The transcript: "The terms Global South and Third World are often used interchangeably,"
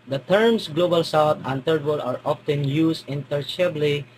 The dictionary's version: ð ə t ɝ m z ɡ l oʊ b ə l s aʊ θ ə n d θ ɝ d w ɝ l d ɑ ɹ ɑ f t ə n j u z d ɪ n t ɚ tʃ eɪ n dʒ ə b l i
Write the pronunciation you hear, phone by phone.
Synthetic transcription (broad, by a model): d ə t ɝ m s ɡ l oʊ b ə l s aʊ t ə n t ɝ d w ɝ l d ɑ ɹ ɑ f t ə n j u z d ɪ n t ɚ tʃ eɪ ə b l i